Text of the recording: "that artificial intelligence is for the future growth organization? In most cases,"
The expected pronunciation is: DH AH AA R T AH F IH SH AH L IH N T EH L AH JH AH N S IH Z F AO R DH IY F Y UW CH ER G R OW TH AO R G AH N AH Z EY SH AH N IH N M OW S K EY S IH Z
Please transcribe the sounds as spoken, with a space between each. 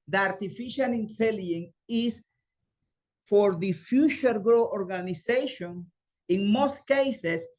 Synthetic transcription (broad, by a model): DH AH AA R T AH F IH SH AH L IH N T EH L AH AH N IH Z F AO R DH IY F Y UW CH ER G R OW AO R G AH N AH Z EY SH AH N IH N M OW S K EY S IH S